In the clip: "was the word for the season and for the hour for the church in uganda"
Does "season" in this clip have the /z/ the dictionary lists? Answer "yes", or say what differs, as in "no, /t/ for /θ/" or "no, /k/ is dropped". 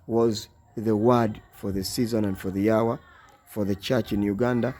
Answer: yes